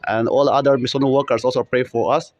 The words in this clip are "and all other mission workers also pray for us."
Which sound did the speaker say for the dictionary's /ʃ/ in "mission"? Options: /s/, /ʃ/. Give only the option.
/s/